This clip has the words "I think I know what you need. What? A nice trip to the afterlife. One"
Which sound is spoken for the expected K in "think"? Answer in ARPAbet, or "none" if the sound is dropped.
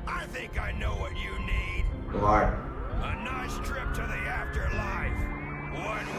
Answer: K